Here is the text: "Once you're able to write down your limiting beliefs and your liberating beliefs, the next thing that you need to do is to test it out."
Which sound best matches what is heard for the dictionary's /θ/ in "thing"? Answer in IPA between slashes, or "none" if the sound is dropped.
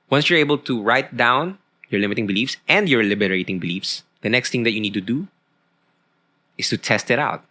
/t/